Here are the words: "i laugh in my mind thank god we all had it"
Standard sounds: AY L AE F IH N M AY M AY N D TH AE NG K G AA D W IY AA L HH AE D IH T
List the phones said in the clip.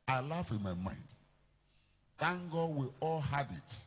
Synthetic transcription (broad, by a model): AY L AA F IH N M AY M AY N D T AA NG G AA W IY AA L HH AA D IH T